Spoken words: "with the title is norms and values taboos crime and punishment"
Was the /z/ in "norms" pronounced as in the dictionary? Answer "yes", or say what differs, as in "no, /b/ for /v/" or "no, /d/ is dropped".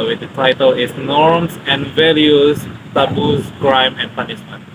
no, /s/ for /z/